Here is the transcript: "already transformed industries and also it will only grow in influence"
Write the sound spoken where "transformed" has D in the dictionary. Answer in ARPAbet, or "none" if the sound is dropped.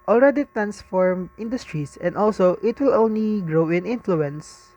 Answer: none